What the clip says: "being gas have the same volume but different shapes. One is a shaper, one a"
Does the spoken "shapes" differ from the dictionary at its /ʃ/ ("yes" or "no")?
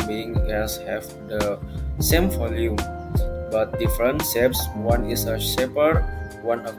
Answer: yes